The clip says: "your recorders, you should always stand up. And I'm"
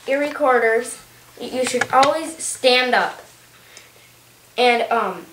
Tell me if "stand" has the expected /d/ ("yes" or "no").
yes